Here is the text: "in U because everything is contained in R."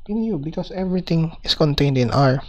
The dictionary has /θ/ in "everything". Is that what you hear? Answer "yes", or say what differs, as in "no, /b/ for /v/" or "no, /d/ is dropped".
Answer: no, /t/ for /θ/